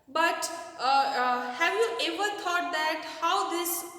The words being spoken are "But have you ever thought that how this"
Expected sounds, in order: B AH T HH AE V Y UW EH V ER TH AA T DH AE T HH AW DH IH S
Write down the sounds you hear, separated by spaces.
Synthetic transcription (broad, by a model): B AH T HH AE V Y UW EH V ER T AA T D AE T HH AW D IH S